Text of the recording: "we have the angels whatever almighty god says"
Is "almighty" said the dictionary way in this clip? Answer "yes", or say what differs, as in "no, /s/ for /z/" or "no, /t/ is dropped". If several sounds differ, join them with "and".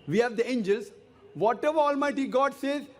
yes